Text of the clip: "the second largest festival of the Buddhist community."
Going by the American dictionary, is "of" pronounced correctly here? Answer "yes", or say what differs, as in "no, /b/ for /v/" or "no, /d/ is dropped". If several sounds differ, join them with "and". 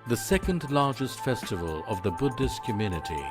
yes